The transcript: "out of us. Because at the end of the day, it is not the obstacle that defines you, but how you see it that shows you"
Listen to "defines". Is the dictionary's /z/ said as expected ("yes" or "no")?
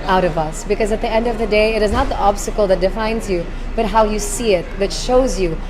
yes